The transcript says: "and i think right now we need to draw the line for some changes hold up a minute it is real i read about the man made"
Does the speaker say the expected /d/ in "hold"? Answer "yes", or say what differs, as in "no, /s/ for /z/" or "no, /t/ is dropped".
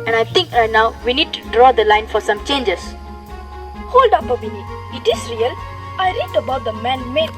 yes